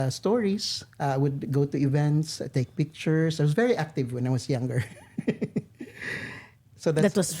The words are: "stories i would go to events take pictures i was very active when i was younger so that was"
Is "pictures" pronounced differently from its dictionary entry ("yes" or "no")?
yes